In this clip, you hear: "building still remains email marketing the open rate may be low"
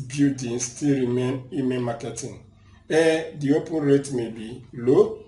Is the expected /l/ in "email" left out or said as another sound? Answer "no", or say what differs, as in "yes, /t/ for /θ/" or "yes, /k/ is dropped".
yes, /n/ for /l/